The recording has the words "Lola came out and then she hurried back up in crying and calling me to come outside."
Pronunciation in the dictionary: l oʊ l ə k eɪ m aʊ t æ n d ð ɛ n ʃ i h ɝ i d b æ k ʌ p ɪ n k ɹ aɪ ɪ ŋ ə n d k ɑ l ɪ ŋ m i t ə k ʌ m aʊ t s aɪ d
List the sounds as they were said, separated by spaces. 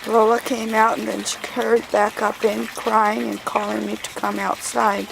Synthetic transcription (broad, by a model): l oʊ l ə k eɪ m aʊ t n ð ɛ n ʃ i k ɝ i d b æ k ʌ p ɪ n k ɹ aɪ ɪ ŋ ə n k ɑ l ɪ ŋ m i t ə k ʌ m aʊ t s aɪ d